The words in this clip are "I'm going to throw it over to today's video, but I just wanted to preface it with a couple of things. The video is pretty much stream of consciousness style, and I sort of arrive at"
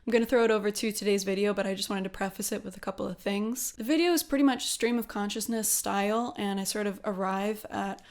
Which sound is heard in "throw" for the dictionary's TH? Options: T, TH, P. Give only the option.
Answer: TH